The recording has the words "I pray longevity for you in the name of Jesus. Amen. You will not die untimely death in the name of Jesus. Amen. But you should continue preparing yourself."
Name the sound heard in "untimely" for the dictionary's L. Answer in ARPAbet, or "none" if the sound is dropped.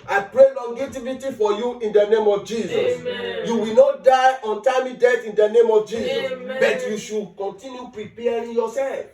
none